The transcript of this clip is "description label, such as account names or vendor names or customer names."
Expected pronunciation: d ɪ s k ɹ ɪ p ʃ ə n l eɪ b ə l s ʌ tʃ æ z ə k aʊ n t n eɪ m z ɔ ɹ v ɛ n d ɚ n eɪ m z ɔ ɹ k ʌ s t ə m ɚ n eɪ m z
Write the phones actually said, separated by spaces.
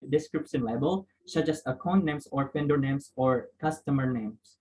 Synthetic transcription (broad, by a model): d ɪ s k ɹ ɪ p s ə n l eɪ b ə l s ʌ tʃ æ s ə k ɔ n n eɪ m s ɔ ɹ p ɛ n d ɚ n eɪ m s ɔ ɹ k ʌ s t ə m ɚ n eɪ m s